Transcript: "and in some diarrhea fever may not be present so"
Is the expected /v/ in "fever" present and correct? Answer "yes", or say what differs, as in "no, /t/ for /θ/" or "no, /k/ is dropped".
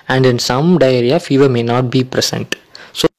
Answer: yes